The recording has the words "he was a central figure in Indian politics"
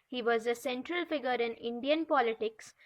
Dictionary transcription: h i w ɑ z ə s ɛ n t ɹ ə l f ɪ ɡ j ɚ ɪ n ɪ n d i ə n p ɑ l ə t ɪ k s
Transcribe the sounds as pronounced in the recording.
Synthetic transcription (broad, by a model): h i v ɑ z ə s ɛ n t ɹ ə l f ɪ ɡ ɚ ɪ n ɪ n d i ə n p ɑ l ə t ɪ k s